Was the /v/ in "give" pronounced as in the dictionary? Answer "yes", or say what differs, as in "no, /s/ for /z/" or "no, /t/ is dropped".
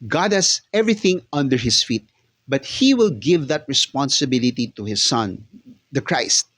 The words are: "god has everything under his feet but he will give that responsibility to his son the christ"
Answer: yes